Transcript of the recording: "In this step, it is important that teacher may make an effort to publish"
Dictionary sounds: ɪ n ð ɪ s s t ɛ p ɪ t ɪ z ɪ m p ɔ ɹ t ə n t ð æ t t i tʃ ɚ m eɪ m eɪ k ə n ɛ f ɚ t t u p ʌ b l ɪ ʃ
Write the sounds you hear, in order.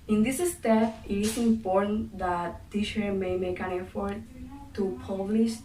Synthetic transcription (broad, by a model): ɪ n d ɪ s s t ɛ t ɪ t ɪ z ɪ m p ɔ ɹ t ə n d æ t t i ʃ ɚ m eɪ m eɪ k ə n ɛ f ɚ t t u p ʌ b l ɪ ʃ